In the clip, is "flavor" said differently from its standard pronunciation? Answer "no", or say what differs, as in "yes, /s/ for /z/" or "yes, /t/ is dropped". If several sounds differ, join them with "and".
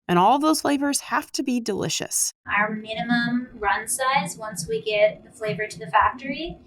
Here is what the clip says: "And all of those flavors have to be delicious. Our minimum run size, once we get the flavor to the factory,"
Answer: no